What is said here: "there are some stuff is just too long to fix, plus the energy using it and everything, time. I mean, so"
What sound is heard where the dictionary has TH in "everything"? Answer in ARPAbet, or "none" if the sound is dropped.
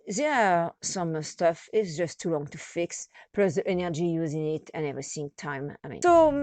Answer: S